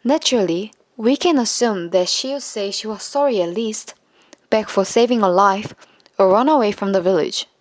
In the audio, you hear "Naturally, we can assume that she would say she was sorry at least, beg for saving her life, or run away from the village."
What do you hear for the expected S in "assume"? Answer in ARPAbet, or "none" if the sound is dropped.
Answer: S